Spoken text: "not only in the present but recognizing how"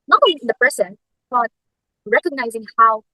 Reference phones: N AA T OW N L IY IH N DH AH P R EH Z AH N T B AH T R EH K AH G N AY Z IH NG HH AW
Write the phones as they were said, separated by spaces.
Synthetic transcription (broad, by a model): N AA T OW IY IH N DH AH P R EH S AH N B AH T R EH K AH G N AY Z IH NG HH AW